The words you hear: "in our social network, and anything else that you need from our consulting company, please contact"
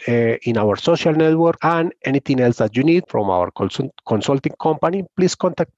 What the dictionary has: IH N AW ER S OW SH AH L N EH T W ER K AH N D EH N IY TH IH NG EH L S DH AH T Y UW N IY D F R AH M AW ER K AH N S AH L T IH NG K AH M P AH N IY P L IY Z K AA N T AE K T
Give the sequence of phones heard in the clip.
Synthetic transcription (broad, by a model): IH N AW ER S OW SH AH L N EH T W ER K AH N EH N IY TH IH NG EH L S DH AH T Y UW N IY D F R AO M AW ER K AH N S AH L T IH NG K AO M P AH N IY P L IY S K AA N T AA K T